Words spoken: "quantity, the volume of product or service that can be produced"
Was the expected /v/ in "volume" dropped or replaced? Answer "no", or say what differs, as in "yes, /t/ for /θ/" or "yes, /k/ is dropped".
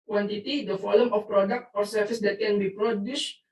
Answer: yes, /f/ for /v/